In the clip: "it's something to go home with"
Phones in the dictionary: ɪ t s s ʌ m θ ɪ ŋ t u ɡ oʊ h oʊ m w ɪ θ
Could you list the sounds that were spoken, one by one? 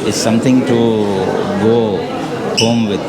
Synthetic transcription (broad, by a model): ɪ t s s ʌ m t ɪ ŋ t u ɡ oʊ h oʊ m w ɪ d